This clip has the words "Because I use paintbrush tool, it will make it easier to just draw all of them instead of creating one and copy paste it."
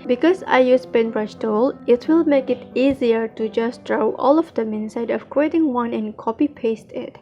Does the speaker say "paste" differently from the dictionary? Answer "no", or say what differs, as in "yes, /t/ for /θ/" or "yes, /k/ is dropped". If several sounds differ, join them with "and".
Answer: no